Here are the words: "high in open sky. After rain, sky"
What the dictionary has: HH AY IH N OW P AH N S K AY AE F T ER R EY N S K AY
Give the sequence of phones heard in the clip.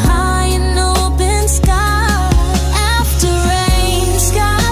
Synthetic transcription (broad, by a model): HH AY IH N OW B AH N S K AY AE F T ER R EY N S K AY